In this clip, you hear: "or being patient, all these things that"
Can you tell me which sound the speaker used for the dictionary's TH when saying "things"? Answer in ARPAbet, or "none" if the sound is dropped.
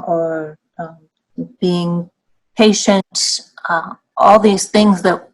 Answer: TH